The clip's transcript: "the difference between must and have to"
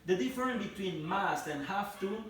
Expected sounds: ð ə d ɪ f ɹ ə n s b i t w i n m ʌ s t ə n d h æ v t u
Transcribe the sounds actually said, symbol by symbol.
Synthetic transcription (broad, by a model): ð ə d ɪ f ɹ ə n b i t w i n m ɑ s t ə n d h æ f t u